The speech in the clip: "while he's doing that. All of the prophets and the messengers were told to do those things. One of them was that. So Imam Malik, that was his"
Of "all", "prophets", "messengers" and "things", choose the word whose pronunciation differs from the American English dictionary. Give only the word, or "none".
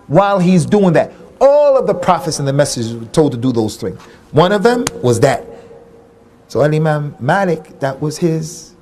messengers